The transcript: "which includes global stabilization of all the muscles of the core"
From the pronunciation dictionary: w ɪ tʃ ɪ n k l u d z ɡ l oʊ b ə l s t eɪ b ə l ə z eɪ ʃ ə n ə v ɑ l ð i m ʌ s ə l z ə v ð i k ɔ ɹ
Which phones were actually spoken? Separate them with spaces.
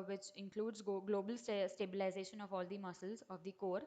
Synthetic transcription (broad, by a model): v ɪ tʃ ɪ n k l u d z ɡ l oʊ b ə l s t eɪ b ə l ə z eɪ ʃ ə n ə v ɑ l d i m ʌ s ə l z ə v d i k ɔ ɹ